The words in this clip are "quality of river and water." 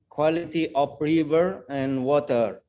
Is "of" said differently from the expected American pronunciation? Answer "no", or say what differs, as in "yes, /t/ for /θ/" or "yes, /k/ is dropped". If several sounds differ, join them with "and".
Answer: yes, /p/ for /v/